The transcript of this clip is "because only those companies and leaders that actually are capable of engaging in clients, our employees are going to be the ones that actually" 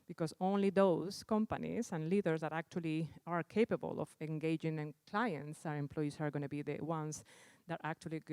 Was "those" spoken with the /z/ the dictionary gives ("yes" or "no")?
no